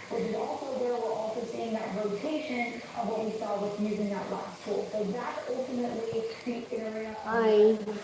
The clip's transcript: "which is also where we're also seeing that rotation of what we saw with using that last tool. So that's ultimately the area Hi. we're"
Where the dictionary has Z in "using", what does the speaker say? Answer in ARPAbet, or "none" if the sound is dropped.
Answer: Z